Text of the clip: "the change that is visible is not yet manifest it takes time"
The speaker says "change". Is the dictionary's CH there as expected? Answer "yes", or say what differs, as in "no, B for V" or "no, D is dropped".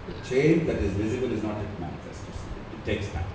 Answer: yes